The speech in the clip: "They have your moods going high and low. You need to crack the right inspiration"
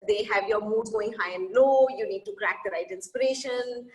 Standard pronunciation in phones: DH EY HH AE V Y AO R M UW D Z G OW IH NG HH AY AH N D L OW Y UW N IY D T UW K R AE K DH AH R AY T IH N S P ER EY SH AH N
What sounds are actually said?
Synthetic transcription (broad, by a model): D EY HH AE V Y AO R M UW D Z G OW IH NG HH AY AH N D L OW Y UW N IY D T UW K R AE K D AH R AY T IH N S P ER EY SH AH N